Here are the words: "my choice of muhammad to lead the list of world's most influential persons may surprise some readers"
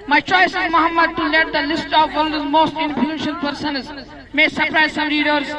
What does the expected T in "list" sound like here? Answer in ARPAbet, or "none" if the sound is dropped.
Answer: T